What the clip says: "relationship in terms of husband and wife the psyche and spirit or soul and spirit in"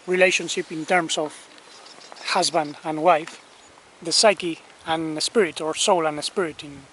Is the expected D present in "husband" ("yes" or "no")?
yes